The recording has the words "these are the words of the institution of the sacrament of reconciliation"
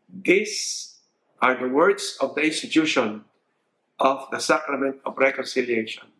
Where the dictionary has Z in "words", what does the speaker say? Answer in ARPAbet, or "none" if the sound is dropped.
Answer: S